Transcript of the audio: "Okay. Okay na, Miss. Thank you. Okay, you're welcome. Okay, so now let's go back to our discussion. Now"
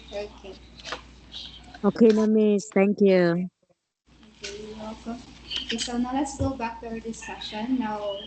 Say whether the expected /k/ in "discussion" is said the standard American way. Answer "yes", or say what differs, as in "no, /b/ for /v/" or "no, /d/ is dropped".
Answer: no, /k/ is dropped